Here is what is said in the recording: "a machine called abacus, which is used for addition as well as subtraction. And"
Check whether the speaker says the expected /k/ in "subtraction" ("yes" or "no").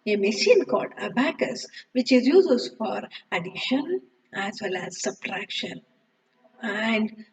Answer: yes